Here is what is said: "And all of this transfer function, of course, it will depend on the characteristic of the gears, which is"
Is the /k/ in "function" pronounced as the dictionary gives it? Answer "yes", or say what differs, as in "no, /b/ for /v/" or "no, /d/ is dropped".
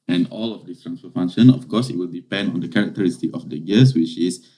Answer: no, /k/ is dropped